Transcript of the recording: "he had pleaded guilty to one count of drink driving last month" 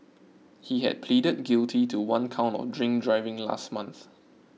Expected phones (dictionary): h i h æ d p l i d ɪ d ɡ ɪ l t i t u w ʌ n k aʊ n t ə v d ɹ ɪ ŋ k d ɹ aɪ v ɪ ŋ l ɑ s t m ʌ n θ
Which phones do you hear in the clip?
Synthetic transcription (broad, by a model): h i h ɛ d p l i d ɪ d ɡ ɪ l t i t u w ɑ n k aʊ n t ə d ɹ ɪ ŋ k d ɹ aɪ v ɪ ŋ l ɑ s t m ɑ n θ